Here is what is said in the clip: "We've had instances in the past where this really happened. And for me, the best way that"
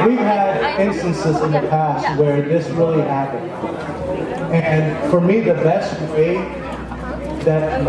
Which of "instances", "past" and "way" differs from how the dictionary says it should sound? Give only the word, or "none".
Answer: none